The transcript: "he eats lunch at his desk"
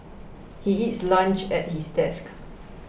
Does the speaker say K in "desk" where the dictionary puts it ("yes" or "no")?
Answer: yes